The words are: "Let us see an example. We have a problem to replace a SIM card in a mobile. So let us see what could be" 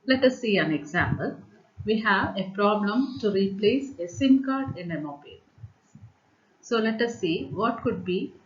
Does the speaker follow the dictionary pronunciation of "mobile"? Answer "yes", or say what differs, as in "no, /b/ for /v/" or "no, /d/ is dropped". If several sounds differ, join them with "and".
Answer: yes